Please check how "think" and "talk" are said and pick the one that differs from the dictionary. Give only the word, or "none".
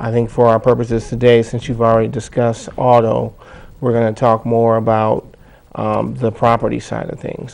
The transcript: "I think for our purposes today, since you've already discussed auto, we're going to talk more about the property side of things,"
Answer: none